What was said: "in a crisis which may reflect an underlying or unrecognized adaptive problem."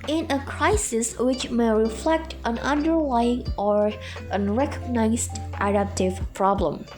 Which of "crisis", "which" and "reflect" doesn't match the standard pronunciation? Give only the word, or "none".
none